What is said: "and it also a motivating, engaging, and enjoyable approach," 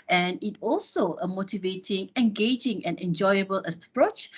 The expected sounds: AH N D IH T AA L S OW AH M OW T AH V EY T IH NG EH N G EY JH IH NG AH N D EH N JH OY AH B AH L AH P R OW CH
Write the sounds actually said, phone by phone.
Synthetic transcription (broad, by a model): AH N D IH T AA L S OW AH M OW T AH V EY T IH NG EH N G EY JH IH NG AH N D EH N JH OY AH B AH L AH P R OW CH